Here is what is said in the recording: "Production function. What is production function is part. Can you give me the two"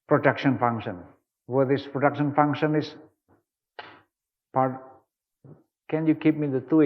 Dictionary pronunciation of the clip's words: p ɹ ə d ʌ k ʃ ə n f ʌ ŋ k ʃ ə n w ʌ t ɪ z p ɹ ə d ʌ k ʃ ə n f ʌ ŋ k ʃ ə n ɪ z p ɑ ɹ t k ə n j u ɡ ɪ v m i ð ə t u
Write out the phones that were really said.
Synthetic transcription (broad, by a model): p ɹ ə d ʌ k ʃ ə n f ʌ ŋ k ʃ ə n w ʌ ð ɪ s p ɹ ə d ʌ k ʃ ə n f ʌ ŋ k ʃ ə n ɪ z p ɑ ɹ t k ə n j u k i p m i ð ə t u